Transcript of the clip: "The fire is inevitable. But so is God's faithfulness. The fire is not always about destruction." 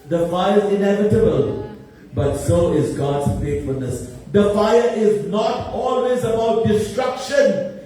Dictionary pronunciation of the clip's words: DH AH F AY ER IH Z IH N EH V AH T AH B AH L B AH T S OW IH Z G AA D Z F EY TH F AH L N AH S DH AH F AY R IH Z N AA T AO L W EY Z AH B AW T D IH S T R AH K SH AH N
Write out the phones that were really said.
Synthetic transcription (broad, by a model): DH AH F AY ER IH Z IH N EH V AH T AH B AH L B AH T S OW IH Z G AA D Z F EY T F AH L N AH S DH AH F AY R IH Z N AA T AO L W EY Z AH B AW T D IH S T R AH K SH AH N